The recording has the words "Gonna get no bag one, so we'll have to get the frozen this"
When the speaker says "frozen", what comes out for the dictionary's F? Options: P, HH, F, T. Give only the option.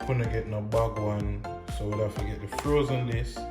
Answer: F